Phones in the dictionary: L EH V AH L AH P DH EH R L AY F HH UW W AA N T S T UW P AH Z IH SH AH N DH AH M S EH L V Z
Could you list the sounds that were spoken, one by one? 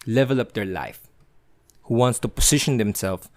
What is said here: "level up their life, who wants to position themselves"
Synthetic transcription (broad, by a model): L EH V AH L AH P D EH R L AY F HH UW W AA N T S T UW P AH S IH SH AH N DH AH M S EH L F